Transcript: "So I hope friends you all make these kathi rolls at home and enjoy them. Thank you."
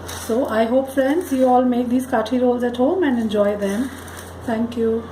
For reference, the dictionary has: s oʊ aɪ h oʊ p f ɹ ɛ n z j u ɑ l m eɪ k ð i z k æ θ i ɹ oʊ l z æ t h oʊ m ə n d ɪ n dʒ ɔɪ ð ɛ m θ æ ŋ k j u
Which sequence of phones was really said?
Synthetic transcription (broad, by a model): s oʊ aɪ h oʊ p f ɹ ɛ n s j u ɑ l m eɪ k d i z k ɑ t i ɹ oʊ l z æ t h oʊ m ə n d ɪ n dʒ ɔɪ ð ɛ m t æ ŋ k j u